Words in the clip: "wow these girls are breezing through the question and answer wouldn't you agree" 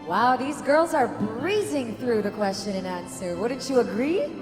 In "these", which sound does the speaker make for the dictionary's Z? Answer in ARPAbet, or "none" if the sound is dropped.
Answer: Z